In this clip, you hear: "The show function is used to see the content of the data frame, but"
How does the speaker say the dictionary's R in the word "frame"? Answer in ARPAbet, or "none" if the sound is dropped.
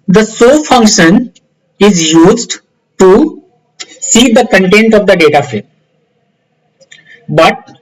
none